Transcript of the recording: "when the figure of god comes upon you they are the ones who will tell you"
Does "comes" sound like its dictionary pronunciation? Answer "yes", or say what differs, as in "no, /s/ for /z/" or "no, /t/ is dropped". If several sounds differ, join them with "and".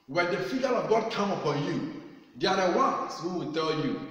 no, /z/ is dropped